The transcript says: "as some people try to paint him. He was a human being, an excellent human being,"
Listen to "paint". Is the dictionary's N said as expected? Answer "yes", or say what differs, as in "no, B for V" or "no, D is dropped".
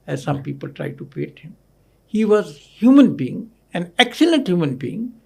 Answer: no, N is dropped